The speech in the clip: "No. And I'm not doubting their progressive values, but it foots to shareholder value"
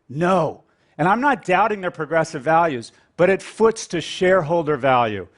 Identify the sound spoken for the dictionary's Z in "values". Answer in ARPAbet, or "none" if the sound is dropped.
Z